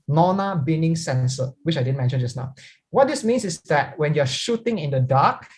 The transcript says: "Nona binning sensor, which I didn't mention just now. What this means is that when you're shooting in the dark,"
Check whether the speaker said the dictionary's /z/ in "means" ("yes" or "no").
no